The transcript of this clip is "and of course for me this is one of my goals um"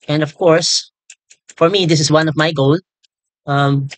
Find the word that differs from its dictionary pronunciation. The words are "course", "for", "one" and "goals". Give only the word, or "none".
goals